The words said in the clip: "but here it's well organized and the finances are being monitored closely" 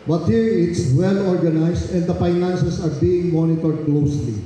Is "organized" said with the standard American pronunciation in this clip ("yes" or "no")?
no